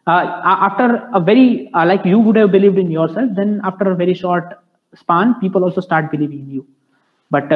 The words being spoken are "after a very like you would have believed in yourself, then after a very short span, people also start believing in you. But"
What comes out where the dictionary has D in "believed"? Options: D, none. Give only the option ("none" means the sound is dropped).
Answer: D